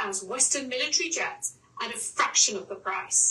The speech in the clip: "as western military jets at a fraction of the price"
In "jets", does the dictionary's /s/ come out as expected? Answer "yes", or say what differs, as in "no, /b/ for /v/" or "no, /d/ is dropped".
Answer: no, /s/ is dropped